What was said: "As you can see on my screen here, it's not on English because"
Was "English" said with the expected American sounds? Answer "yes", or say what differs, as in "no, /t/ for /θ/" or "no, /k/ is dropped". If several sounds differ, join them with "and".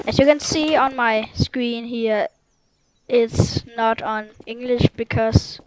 yes